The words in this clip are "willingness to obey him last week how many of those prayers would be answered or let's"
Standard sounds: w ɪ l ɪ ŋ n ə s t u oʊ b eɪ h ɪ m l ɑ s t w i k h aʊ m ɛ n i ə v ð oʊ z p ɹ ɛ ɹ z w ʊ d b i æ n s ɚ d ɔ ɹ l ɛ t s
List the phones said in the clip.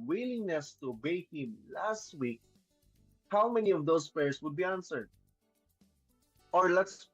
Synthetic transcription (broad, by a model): w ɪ l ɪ ŋ n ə s t u oʊ b eɪ h ɪ m l ɑ s t w i k h aʊ m ɛ n i ə v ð oʊ s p ɛ ɹ s w ʊ d b i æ n s ɚ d ɔ ɹ l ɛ t s